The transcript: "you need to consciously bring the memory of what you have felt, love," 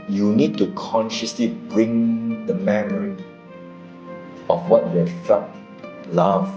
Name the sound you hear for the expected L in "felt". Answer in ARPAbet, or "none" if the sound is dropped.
none